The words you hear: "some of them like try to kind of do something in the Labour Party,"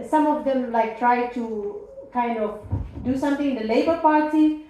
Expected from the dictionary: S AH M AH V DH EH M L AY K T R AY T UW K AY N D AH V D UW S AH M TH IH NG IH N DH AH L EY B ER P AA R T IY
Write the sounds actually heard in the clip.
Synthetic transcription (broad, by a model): S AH M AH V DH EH M L AY K T R AY T UW K AY N D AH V D UW S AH M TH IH NG IH N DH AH L EY B ER P AA R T IY